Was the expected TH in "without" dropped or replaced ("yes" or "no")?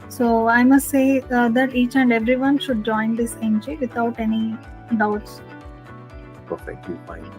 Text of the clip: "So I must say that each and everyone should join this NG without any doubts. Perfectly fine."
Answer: yes